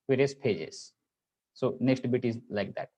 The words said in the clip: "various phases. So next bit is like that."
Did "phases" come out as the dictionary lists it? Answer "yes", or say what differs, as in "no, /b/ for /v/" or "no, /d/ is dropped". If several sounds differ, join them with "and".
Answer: no, /p/ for /f/